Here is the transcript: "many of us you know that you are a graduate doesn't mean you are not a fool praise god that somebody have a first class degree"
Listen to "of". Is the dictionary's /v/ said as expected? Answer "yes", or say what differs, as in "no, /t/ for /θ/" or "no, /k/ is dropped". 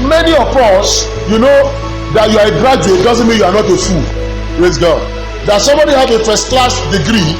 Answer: no, /p/ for /v/